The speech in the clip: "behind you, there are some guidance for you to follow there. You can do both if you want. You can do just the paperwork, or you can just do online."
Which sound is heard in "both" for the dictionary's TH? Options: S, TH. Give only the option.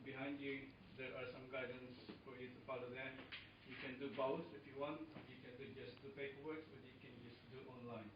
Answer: S